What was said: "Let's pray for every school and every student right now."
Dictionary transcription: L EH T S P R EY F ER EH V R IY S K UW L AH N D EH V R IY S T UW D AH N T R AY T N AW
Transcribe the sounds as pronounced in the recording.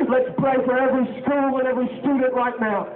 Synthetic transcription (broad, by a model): L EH T S P L EY F ER EH V R IY S K UW L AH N EH V R IY S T UW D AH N T R AY T N AW